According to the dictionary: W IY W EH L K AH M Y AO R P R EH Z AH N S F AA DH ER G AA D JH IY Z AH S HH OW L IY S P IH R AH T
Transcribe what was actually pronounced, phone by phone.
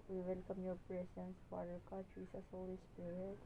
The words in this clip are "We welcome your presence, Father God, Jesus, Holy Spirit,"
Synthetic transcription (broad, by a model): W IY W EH L K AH M Y AO R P R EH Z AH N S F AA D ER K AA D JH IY S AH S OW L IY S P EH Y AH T